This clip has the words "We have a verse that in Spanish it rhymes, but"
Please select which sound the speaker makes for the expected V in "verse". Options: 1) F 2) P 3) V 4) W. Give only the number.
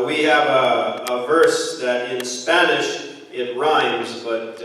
3